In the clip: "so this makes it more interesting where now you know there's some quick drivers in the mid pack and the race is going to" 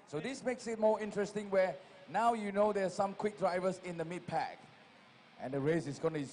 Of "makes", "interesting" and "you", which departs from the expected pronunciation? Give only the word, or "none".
none